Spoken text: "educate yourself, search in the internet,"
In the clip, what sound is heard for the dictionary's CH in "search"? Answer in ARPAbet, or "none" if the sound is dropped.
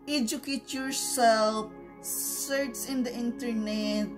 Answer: S